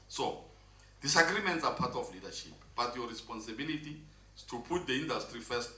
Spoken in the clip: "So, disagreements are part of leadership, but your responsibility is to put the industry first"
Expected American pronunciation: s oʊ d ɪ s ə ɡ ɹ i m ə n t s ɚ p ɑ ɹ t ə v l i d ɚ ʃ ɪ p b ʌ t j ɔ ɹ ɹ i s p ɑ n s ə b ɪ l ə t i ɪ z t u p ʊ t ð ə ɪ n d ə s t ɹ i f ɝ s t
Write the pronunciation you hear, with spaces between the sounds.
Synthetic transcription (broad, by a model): s oʊ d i s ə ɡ ɹ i m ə n t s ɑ p ɑ t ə f l i d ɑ ʃ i p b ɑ t j ɔ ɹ ɹ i s p ɑ n s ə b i l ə t i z t u p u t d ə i n d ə s t ɹ i f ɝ s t